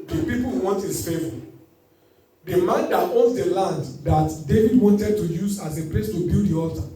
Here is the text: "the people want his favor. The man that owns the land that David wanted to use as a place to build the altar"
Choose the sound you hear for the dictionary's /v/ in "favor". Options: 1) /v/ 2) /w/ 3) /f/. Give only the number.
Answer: 3